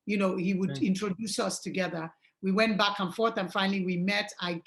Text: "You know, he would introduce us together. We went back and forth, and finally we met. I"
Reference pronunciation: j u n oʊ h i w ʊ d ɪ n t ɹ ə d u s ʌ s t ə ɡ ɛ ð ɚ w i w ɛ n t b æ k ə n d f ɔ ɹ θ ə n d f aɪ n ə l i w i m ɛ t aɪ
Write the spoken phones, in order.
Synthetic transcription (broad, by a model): j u n oʊ h i w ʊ d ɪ n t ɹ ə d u s ʌ s t ə ɡ ɛ ð ɚ w i w ɛ n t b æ k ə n f ɔ ɹ θ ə n f aɪ n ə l i w i m ɛ t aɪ